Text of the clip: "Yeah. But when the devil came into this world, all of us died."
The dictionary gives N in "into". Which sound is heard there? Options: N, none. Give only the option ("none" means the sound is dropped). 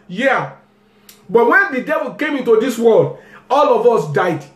N